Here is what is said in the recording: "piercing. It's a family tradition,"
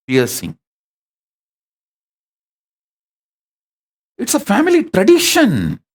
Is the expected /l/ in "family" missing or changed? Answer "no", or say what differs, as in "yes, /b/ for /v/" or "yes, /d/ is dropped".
no